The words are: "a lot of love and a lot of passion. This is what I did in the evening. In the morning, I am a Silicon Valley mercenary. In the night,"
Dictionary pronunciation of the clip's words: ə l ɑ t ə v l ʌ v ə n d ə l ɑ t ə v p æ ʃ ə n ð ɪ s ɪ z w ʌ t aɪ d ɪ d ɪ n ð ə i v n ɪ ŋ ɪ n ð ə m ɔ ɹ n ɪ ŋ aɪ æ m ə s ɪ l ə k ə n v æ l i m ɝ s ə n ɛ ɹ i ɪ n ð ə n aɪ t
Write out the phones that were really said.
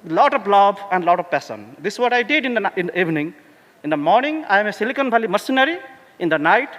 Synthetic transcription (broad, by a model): l ɑ t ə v l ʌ b ə n d l ɑ t ə v p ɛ s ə n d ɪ s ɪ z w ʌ t aɪ d ɪ d ɪ n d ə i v n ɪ ŋ ɪ n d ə m ɔ ɹ n ɪ ŋ aɪ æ m ə s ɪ l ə k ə n b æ l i m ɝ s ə n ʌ ɹ i ɪ n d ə n aɪ t